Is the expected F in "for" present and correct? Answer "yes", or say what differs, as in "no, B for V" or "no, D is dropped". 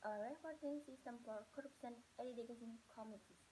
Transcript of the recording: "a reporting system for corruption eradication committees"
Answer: no, P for F